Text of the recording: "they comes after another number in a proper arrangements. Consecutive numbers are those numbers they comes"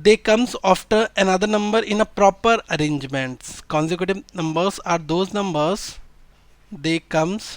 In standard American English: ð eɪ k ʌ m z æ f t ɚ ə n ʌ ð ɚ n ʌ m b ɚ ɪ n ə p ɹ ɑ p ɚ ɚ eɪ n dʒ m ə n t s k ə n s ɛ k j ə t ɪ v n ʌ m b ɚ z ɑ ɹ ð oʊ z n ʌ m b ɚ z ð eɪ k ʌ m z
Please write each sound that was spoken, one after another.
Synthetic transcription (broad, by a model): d eɪ k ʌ m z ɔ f t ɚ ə n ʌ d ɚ n ʌ m b ɚ ɪ n ə p ɹ ɑ p ɚ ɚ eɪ n dʒ m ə n t s k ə n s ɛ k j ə t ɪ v n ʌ m b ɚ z ɑ ɹ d oʊ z n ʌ m b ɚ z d eɪ k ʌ m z